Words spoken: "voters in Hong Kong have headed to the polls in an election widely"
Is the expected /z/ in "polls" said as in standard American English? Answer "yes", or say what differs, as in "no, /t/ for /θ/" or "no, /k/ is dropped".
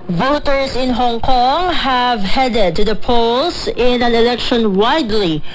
no, /s/ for /z/